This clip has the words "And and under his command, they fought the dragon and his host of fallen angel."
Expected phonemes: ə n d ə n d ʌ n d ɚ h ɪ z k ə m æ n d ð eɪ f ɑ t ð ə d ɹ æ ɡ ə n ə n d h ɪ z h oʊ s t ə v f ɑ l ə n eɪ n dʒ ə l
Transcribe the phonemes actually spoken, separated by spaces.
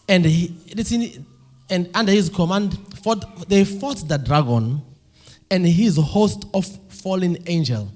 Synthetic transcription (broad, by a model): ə n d ə n d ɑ n d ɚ h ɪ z k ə m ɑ n d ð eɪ f ɑ t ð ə d ɹ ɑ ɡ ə n ə n d h ɪ z h oʊ s t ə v f ɑ l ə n eɪ n dʒ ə l